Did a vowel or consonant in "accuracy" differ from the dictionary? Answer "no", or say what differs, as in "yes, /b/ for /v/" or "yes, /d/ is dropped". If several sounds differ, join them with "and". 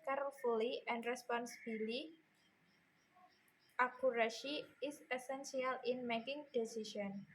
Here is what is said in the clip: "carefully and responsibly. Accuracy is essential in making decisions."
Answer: yes, /ʃ/ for /s/